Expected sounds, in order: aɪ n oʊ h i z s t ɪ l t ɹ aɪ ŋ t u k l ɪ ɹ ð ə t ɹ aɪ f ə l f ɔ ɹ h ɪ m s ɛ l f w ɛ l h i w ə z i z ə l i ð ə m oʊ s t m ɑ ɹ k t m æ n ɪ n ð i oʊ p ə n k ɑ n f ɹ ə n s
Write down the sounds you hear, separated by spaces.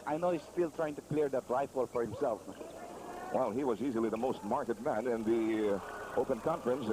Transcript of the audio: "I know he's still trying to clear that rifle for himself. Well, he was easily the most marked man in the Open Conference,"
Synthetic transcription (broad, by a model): aɪ n oʊ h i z s t ɪ l t ɹ aɪ ŋ t u k l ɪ ɹ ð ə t ɹ aɪ f ə l f ɔ ɹ h ɪ m s ɛ l f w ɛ l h i w ə z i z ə l i ð ə m oʊ s t m ɑ ɹ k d m æ n ɪ n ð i oʊ p ə n k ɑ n f ɹ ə n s